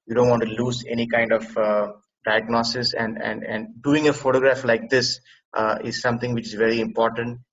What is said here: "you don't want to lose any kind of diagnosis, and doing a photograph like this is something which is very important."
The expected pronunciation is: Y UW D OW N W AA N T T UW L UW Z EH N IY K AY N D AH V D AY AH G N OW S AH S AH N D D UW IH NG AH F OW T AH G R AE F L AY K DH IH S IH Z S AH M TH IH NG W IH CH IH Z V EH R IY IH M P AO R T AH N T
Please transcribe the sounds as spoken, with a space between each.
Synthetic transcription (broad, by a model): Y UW D OW N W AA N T T UW L UW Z EH N IY K AY N D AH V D AY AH G N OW S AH S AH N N D UW IH NG AH F OW T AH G R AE F L AY K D IH S IH Z S AH M T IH NG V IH CH IH Z V EH R IY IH M P AO R T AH N T